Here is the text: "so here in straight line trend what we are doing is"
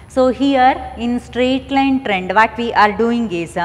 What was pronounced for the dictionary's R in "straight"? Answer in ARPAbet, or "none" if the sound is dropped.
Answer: R